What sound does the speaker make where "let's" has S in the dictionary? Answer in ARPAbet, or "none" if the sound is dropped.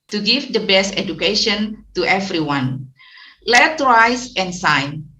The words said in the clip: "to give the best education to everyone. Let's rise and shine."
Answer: none